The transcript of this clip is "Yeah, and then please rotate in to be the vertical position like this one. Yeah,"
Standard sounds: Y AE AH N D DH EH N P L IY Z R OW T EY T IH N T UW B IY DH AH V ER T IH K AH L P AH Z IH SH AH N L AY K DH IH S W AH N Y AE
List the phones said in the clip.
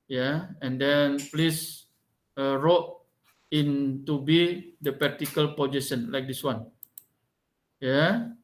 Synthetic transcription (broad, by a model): Y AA AH N D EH N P L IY S R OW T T IH N T UW B IY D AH P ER T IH K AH L P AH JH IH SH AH N L AY K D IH S W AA N Y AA